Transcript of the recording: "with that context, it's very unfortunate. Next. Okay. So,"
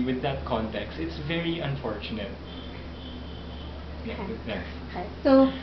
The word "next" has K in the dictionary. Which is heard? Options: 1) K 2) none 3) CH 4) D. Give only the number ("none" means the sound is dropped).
2